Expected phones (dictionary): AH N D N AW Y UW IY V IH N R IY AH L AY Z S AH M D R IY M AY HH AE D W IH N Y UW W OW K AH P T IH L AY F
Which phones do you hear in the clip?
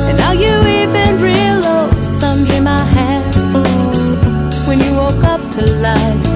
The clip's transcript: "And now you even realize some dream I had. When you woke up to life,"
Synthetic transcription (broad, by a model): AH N N AW Y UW IY V IH N R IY L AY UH S AH M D IY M AY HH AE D W IH N Y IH W OW K AH P T IH L AY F